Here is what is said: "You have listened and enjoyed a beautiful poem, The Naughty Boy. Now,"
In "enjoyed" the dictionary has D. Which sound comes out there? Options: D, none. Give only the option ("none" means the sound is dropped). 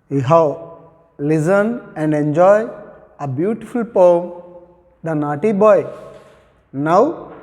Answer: none